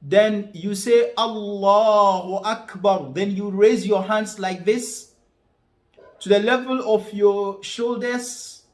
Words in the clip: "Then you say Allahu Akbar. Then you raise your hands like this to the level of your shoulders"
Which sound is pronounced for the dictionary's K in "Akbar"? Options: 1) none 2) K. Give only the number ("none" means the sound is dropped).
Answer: 2